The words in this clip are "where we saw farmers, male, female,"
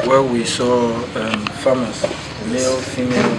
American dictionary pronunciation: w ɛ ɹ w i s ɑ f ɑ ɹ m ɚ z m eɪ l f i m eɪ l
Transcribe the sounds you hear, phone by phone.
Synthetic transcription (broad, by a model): w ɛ w i s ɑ f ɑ m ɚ s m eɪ l f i m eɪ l